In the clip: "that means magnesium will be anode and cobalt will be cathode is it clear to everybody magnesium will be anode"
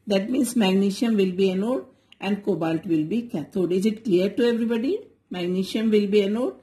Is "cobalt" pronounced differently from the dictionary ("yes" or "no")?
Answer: no